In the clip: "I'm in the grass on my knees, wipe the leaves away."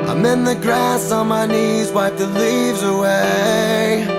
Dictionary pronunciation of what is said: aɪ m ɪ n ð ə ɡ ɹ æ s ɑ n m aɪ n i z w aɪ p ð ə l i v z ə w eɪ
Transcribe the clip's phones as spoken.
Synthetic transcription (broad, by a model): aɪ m ɪ n ð ə ɡ ɹ æ s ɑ n m aɪ n i z w aɪ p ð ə l i v z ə w eɪ